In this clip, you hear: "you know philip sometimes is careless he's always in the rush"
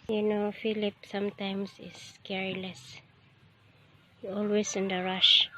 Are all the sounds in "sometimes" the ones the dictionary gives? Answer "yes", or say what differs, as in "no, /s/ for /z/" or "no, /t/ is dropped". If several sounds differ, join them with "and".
no, /s/ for /z/